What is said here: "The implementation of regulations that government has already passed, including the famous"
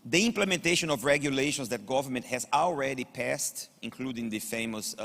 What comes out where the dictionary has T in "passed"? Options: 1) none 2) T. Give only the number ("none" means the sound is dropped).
2